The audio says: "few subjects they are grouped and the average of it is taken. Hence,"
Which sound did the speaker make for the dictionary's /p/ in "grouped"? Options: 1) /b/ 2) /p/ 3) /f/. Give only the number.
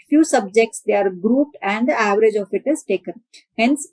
2